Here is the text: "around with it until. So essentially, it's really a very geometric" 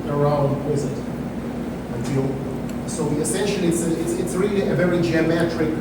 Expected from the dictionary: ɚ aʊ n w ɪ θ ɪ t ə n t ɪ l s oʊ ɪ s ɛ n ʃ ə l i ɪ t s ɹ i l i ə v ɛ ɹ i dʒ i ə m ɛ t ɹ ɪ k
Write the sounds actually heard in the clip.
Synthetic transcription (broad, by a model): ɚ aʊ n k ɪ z ɪ t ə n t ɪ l s oʊ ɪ s ɛ n ʃ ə l i ɪ t s ɹ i l i ə v ɛ ɹ i dʒ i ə m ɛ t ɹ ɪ k